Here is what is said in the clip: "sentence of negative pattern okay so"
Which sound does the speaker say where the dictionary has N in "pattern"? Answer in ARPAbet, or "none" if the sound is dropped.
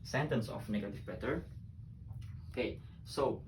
none